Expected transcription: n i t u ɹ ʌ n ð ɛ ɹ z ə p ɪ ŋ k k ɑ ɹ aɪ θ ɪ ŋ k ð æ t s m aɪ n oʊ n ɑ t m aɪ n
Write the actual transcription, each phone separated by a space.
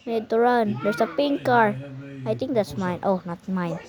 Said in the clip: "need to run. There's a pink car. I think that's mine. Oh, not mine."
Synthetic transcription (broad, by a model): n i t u ɹ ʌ n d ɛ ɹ s ə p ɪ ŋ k k ɑ ɹ aɪ t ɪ ŋ k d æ t s m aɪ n oʊ n ɑ t m aɪ n